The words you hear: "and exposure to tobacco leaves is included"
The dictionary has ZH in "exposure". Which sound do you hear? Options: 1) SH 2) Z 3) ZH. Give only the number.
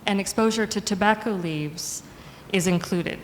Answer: 3